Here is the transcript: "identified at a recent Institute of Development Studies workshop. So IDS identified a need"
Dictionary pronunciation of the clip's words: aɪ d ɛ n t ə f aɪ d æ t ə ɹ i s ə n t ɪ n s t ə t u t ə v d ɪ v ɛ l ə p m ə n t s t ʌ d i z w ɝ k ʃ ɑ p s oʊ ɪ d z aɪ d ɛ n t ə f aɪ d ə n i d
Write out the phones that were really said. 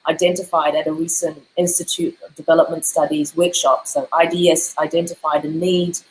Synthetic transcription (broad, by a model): aɪ d ɛ n t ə f aɪ d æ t ə ɹ i s ə n t ɪ n s t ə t u t ə v d ɪ v ɛ l ə p m ə n t s t ʌ d i z w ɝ k ʃ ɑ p s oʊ ɪ d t aɪ d ɛ n t ə f aɪ d ə n i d